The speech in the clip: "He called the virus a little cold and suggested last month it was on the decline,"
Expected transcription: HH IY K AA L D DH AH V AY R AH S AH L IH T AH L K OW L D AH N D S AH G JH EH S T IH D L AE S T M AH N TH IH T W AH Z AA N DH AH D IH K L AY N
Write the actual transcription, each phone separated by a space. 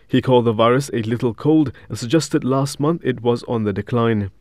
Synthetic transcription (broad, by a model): HH IY K AA L D DH AH V AY R AH S AH L IH T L K OW L D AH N S AH G JH EH S T IH D L AE S T M AH N TH IH T W AH Z N DH AH D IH K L AY N